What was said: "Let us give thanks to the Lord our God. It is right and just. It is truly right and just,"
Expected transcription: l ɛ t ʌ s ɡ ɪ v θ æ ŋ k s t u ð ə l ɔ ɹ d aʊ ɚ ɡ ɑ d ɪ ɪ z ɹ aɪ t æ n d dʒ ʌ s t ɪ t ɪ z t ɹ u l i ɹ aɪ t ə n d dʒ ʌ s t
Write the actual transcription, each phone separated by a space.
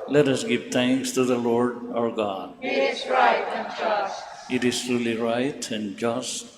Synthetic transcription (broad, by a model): l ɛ t ʌ s ɡ ɪ v t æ ŋ k s t u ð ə l ɔ ɹ d aʊ ɚ ɡ ɑ d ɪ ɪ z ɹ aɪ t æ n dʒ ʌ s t ɪ t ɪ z t ɹ u l i ɹ aɪ t ə n d dʒ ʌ s t